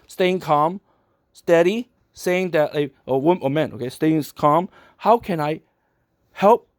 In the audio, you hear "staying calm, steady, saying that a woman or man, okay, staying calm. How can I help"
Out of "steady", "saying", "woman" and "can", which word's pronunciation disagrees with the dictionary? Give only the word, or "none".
woman